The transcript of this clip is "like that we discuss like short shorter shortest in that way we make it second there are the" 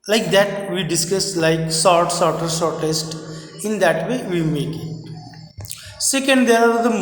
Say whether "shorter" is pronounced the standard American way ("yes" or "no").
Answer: no